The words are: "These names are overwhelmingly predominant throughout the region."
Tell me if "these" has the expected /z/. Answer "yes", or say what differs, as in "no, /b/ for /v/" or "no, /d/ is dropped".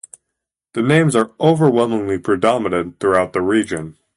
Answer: no, /z/ is dropped